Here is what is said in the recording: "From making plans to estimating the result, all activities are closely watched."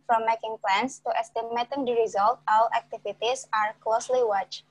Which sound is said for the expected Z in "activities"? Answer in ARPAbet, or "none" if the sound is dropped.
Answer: S